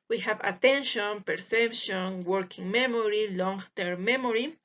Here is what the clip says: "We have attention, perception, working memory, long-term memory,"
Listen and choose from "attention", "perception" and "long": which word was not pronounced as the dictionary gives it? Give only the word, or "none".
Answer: none